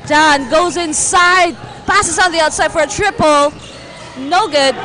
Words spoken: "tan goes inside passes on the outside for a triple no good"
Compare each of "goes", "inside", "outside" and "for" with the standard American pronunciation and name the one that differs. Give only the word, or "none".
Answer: none